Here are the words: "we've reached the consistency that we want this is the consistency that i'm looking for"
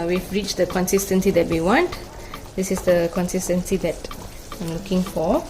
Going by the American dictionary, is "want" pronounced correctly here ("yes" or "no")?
yes